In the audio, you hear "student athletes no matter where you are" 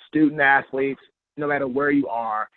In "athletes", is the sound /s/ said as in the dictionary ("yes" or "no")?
yes